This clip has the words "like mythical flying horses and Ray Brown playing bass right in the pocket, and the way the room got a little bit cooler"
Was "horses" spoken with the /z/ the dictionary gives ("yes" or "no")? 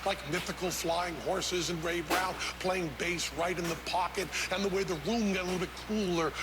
yes